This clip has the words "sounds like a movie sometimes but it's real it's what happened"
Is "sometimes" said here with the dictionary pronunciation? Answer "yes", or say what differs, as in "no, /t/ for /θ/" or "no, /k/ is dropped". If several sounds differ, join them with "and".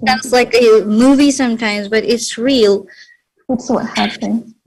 yes